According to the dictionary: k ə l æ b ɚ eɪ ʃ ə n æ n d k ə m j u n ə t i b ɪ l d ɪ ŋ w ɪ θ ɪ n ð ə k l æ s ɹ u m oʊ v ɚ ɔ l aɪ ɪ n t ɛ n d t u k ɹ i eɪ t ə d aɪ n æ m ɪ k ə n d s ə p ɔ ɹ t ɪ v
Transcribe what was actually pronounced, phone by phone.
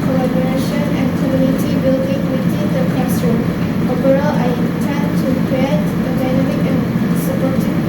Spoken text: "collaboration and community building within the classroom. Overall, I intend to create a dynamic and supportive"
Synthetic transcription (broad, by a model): k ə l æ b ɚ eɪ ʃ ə n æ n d k ə m j u n ə t i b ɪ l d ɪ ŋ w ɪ t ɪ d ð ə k æ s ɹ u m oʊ b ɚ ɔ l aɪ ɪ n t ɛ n t u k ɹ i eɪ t ə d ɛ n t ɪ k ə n s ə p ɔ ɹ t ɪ